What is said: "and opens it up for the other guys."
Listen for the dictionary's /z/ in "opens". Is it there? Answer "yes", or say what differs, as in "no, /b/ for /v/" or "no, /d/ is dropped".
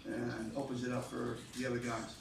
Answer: yes